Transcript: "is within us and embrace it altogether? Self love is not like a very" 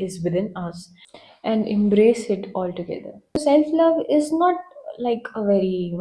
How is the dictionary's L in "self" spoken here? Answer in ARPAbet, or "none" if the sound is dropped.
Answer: L